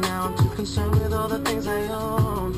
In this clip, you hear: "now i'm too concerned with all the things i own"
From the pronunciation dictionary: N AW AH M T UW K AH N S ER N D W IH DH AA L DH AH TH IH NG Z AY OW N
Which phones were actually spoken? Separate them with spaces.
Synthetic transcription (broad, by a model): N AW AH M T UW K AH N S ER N W IH DH AA L DH AH TH IH NG Z AY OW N